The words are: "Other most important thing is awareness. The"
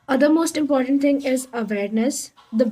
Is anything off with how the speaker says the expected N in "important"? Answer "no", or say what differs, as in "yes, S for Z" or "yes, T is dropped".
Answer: no